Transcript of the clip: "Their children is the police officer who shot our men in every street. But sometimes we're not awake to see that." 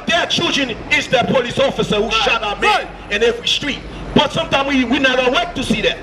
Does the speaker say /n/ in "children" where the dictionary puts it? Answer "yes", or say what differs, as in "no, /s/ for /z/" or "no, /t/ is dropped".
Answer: yes